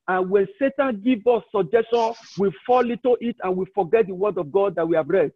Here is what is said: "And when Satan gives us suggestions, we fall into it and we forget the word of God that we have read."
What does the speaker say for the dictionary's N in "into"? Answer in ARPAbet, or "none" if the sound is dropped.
none